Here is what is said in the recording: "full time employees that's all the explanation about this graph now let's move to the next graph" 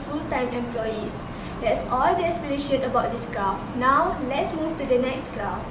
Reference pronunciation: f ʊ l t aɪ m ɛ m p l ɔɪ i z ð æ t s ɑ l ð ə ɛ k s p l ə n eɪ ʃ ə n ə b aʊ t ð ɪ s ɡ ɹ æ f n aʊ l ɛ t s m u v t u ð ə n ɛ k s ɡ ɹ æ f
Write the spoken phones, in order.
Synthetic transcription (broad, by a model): f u l t aɪ m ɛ m p l ɔɪ i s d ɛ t s ɑ l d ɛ s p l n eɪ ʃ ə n ə b aʊ t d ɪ s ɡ ɹ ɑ f n aʊ l ɛ t s m u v t u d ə n ɛ k s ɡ ɹ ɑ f